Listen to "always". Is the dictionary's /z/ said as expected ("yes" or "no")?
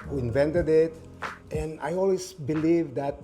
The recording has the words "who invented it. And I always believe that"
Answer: no